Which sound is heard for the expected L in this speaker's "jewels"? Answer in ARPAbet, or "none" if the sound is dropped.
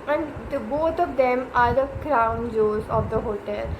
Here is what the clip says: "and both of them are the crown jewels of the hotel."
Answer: none